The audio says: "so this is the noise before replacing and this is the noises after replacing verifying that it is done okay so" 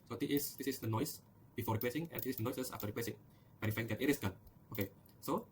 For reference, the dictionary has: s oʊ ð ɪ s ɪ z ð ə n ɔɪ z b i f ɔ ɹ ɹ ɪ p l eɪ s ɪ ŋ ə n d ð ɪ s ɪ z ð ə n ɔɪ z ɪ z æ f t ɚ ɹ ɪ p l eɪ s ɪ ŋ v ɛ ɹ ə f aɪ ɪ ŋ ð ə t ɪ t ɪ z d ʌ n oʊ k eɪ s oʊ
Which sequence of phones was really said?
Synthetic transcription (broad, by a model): s oʊ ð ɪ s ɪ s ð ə n ɔɪ s b i f ɔ ɹ ɹ ɪ p l eɪ s ɪ ŋ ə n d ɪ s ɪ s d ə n ɔɪ s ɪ s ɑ f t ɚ ɹ ɪ p l eɪ s ɪ ŋ b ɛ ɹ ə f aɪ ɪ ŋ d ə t ɪ t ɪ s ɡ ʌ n oʊ k eɪ s oʊ